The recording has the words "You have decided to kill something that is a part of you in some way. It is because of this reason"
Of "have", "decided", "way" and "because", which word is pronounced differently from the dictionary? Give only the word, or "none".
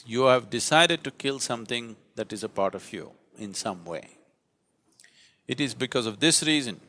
none